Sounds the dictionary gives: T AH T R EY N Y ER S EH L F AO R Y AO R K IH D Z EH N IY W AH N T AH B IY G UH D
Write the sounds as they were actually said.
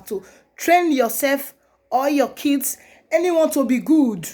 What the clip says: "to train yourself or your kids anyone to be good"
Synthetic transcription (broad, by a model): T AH T R EY N Y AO S EH L F AO L Y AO K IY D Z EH N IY W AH N T AH B IY G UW D